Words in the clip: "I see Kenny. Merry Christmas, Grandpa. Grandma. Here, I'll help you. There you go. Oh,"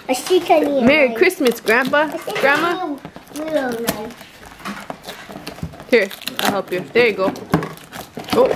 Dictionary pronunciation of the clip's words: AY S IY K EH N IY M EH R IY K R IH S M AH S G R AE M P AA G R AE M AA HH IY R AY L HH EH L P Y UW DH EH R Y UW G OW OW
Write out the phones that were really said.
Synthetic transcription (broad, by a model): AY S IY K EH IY M EH R IY K R IH S M AH S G R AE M B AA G R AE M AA HH IY R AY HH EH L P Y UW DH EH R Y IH G OW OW